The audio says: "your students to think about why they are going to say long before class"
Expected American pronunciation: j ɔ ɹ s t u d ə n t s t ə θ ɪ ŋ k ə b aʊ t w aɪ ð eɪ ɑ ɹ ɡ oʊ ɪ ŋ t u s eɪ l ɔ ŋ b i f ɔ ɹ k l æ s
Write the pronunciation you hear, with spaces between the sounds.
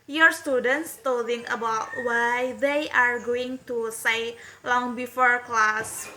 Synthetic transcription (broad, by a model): j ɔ ɹ s t u d ə n t s t ə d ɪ ŋ ə b aʊ t w aɪ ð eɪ ɑ ɹ ɡ oʊ ɪ ŋ t u s eɪ l ɔ ŋ b i f ɔ ɹ k l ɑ s